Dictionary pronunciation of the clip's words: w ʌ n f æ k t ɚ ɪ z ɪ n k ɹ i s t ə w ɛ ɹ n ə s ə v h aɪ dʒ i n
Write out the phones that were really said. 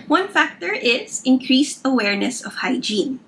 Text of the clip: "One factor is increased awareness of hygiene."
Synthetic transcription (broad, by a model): w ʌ n f æ k t ɚ ɪ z ɪ n k ɹ i s t ə w ɛ ɹ n ə s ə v h aɪ dʒ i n